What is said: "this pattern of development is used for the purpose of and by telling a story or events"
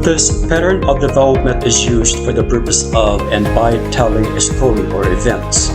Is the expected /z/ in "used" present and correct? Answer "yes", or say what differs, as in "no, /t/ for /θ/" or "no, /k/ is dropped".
yes